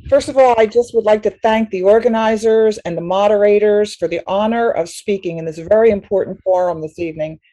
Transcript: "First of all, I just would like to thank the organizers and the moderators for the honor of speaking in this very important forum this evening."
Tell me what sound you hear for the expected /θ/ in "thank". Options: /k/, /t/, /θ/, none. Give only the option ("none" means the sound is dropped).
/θ/